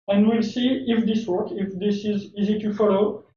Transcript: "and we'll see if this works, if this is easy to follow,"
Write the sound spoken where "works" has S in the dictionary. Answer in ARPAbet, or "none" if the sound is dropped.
none